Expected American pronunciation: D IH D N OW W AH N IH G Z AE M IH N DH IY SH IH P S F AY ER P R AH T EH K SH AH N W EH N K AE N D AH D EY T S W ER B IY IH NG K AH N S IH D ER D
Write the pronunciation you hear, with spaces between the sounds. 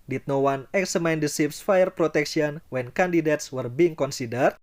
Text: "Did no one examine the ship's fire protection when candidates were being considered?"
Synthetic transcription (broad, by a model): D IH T N OW W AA N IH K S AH M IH N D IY S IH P S F AY ER P R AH T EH K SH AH N W EH N K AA N D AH D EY T S W ER B IY IH NG K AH N S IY D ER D